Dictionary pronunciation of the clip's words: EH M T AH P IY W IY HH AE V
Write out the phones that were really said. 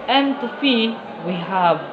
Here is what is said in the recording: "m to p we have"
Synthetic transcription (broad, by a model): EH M T AH F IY W IY HH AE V